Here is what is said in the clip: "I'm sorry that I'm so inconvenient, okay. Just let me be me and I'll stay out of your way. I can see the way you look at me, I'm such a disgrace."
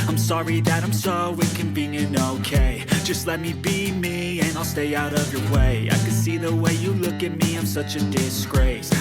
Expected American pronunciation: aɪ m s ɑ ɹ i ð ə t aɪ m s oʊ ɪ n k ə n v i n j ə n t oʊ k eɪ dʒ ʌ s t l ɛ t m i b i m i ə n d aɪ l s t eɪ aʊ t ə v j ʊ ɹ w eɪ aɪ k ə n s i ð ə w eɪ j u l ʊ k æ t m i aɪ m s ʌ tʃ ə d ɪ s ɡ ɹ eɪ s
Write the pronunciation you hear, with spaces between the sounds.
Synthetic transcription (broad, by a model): aɪ m s ɑ ɹ i ð ə t aɪ m s oʊ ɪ k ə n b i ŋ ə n oʊ k eɪ dʒ ʌ s t l ɛ t m i b i m i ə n aɪ l s t eɪ aʊ t ə v j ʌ ɹ w eɪ aɪ k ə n s i ð ə w eɪ j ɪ l ʊ k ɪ t m i aɪ m s ʌ tʃ ə d ɪ s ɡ ɹ eɪ s